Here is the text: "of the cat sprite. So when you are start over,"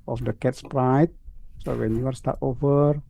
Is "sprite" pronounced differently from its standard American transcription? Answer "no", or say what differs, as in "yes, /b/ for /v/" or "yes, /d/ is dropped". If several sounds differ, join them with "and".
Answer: no